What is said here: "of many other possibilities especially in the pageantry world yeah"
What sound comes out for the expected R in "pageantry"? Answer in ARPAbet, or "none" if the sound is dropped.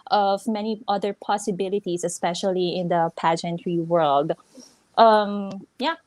R